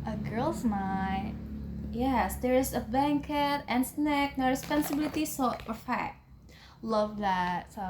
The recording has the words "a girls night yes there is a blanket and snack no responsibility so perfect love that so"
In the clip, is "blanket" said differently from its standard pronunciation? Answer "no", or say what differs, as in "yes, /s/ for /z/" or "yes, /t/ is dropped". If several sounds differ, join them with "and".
yes, /l/ is dropped